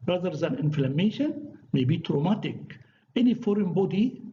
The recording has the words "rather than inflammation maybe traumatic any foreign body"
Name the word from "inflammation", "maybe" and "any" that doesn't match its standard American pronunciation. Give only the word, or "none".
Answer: none